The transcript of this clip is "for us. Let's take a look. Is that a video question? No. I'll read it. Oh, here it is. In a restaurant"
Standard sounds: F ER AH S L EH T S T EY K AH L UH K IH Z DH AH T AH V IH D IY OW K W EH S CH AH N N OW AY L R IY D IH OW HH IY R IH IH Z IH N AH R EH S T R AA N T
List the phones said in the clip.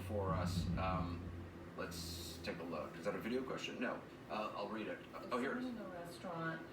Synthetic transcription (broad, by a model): F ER AH S L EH T S T EY K AH L UH K IH Z DH AH T AH V IH D IY OW K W EH S CH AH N N OW AY L R IY D IH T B IH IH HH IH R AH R EH S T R AA N T